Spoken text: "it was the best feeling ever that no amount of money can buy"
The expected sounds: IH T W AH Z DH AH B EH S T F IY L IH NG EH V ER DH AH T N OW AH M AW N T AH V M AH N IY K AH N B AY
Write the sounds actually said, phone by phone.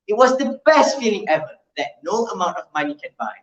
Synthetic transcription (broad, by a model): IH T W AH Z DH AH B EH S T F IY L IH NG EH V ER DH AH T N OW AH M AW N T AH V M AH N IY K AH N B AY